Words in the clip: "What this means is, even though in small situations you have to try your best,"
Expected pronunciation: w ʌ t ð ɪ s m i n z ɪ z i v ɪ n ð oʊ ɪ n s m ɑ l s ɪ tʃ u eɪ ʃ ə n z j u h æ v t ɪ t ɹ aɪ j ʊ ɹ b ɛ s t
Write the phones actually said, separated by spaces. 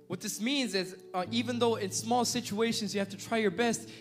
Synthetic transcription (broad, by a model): w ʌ t ð ɪ s m i n z ɪ z i v ɪ n ð oʊ ɪ n s m ɑ l s ɪ tʃ u eɪ ʃ ə n z j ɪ h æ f t ɪ t ɹ aɪ j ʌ ɹ b ɛ s t